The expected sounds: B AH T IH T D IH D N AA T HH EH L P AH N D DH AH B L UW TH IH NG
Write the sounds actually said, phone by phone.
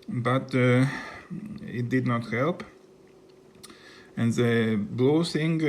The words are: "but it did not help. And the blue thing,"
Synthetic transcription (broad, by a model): B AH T IH T D IH D N AA T HH EH L P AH N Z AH B L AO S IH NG